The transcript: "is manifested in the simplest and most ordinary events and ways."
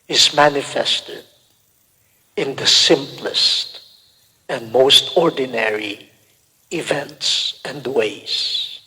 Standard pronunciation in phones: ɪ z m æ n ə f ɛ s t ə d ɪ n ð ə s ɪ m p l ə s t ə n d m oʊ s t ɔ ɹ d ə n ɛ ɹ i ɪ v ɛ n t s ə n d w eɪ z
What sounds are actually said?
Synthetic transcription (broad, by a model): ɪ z m æ n ə f ɛ s t ə d ɪ n ð ə s ɪ m p l ə s t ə n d m oʊ s t ɔ ɹ d n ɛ ɹ i ɪ v ɛ n t s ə n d w eɪ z